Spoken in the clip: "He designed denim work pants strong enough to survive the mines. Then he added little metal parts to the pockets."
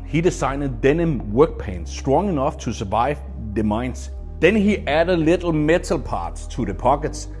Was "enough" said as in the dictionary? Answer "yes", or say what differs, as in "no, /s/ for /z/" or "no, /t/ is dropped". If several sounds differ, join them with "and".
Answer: yes